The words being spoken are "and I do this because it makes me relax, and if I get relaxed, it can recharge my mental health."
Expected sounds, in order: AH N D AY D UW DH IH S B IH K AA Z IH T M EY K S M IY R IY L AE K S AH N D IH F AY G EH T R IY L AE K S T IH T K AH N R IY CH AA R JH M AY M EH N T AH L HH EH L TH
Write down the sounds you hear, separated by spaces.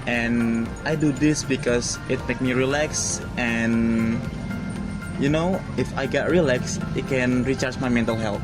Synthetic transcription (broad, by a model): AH N AY D UW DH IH S B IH K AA S IH T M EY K M IY R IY L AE K S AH N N IH F AY G EH T R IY L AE K S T IH T K AH N R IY CH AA R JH M AY M EH N T AH L HH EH L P